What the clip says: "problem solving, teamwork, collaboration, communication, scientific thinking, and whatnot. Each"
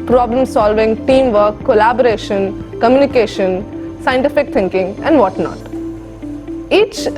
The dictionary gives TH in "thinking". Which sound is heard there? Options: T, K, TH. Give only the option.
T